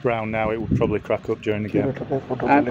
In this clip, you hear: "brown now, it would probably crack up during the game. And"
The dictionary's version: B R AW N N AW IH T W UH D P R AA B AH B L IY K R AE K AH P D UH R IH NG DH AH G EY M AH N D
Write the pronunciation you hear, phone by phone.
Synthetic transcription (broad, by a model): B R AW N N AW IH T W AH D P R AA B AH B L IY K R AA K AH P D UH R IH NG DH AH G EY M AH